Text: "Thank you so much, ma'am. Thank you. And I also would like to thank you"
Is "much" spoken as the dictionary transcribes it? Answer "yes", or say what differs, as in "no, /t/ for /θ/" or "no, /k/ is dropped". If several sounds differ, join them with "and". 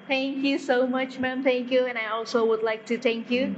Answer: yes